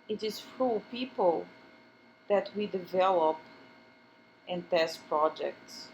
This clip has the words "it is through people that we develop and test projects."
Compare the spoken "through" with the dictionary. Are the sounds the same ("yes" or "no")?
no